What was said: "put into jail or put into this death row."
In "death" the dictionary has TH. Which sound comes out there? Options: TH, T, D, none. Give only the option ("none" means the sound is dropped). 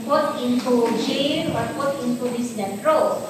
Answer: T